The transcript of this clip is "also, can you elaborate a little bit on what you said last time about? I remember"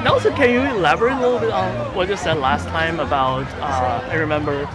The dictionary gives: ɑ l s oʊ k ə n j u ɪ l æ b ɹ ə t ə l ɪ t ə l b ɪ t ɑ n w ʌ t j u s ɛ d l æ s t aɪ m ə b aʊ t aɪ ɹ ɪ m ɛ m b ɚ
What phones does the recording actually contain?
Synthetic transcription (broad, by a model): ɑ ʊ s oʊ k ə n j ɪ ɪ l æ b ə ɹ ə l ɪ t l b ɪ t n w ʌ t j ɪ s ɛ d l æ s t aɪ m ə b aʊ t aɪ ɹ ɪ m ɛ m b ɚ